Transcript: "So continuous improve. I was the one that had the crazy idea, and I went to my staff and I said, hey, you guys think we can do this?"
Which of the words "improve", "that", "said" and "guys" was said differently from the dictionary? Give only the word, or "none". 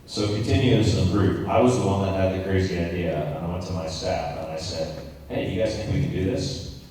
improve